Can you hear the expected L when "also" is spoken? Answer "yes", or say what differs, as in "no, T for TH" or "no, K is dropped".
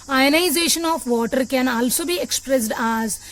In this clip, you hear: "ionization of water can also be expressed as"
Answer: yes